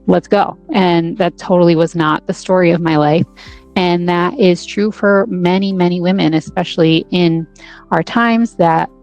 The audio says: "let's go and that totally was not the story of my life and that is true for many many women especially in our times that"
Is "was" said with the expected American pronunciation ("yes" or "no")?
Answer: yes